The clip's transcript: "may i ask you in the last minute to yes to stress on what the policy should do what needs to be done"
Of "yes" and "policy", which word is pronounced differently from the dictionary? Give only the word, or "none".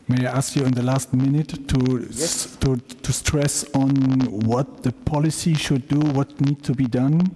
yes